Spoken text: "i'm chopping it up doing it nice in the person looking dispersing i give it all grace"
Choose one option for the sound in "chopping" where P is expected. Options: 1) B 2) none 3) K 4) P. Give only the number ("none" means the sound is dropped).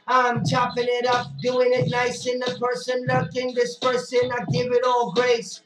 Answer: 4